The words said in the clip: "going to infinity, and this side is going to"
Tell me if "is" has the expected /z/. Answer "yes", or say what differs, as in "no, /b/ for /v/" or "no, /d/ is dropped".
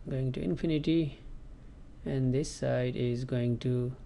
yes